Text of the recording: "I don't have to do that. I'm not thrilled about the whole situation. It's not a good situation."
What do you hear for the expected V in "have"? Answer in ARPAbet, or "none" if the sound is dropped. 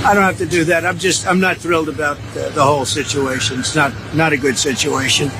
F